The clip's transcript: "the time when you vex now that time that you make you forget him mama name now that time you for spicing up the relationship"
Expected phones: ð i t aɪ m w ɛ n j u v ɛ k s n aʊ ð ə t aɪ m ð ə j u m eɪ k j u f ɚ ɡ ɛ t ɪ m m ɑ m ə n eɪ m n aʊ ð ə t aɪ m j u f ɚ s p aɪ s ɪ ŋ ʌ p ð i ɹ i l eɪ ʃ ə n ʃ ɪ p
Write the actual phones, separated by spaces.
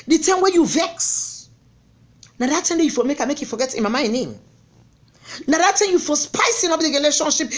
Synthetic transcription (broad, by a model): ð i t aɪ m w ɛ j u v ɛ k s n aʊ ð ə t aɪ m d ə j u m eɪ k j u f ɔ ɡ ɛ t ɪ m m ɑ ə n eɪ m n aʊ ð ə t aɪ m j u f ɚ s p aɪ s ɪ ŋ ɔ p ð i ɹ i l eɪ ʃ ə n ʃ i p